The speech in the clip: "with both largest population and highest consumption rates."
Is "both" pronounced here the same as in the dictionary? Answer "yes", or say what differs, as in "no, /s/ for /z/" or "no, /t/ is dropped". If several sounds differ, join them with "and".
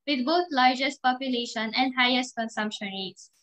no, /t/ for /θ/